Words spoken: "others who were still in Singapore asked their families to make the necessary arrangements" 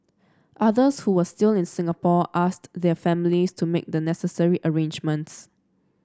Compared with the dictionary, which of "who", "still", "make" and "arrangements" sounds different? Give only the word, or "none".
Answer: none